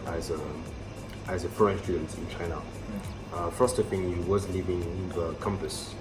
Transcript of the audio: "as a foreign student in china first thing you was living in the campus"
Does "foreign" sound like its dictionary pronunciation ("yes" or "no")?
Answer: no